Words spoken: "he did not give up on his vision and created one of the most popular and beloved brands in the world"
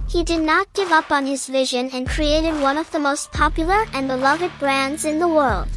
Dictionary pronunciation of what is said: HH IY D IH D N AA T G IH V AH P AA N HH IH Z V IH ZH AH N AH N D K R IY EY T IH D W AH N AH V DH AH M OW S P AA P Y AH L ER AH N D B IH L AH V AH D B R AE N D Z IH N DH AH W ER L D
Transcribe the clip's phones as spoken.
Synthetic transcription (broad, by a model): HH IY D IH D N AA T G IH V AH P N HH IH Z V IH ZH AH N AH N K R IY EY T IH D W AH N AH V DH AH M OW S P AA P Y L ER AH N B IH L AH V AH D B R AE N D Z IH N DH AH W ER L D